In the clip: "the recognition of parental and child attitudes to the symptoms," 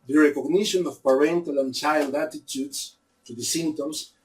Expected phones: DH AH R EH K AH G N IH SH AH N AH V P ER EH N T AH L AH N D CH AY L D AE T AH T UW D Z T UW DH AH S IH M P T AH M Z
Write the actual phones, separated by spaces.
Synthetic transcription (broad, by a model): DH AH R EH K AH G N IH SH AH N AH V P ER EH N T AH L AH N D CH AY L D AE T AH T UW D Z T UW DH AH S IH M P T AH M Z